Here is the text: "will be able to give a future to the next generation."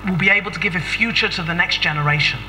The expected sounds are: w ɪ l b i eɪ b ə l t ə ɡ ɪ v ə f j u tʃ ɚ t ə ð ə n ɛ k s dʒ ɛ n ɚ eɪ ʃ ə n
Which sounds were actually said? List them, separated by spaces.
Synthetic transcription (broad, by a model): w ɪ l b i eɪ b ə l t ə ɡ ɪ v ə f j u tʃ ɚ t ə ð ə n ɛ k s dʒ ɛ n ɚ eɪ ʃ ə n